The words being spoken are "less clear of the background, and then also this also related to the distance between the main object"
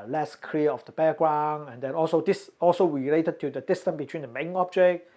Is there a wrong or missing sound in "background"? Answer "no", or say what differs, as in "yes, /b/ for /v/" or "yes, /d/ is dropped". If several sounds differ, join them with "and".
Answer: yes, /d/ is dropped